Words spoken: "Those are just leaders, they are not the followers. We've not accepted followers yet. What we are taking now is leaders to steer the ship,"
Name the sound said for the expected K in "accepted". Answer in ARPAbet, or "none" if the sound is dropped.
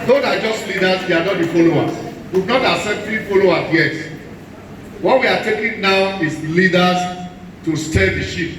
none